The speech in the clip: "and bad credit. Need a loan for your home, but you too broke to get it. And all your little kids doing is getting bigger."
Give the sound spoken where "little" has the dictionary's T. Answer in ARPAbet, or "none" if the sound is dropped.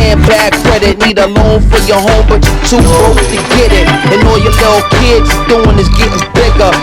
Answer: S